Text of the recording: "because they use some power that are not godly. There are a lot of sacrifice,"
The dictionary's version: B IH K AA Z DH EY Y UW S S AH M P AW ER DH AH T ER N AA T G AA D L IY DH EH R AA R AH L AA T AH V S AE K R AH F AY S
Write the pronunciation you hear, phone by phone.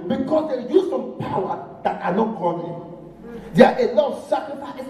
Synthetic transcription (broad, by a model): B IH K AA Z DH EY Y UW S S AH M P AW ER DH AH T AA N AA T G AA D IY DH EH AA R AH L AA T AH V S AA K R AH F AY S